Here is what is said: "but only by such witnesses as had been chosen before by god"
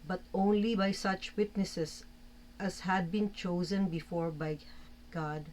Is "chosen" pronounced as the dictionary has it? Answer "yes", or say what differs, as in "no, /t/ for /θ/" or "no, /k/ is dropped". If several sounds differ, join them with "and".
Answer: yes